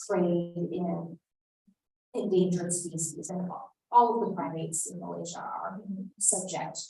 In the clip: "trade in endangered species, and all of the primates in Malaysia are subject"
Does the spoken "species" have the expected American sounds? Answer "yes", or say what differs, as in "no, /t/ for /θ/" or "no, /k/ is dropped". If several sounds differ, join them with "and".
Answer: no, /s/ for /ʃ/